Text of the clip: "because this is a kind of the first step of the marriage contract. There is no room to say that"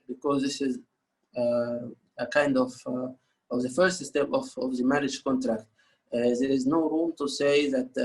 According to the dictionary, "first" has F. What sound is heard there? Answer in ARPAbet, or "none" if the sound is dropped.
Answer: F